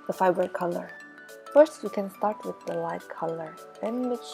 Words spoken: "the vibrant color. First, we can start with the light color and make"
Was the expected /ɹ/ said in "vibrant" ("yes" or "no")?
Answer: no